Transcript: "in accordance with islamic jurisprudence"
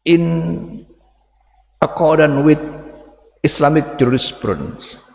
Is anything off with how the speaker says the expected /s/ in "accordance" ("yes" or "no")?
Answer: yes